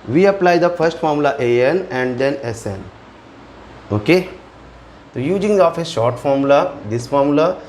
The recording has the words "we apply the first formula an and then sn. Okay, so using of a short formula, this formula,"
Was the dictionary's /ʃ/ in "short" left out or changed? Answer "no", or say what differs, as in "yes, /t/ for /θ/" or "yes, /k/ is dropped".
no